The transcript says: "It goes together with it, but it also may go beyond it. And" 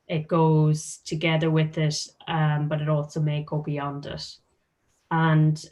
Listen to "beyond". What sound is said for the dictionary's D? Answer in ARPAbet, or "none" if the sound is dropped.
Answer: D